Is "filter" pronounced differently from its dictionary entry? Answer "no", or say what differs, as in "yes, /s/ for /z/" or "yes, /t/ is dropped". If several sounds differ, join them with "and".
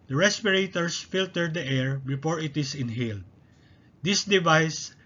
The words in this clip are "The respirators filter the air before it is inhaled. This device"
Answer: no